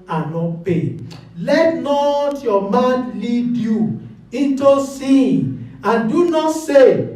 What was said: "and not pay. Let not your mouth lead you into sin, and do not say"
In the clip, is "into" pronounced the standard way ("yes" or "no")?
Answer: yes